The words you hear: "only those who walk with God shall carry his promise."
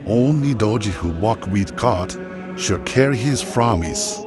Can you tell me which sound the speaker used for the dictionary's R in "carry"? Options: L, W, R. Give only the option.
R